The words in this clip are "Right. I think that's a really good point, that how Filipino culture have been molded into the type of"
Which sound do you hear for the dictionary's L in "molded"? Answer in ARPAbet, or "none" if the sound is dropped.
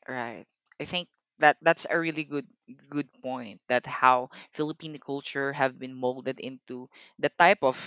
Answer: L